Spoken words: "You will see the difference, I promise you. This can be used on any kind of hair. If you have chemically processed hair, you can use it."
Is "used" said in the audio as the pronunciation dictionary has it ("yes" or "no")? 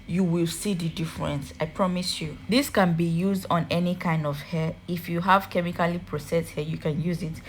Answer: yes